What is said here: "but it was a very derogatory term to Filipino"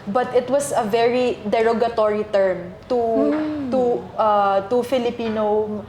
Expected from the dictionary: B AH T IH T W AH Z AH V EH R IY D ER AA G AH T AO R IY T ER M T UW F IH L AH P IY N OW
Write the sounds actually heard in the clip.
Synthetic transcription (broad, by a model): B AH T IH T W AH S AH V EH R IY D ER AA G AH T AO R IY T ER M T UW F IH L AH P IY N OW